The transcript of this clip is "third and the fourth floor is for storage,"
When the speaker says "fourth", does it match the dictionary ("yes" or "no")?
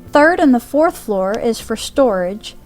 yes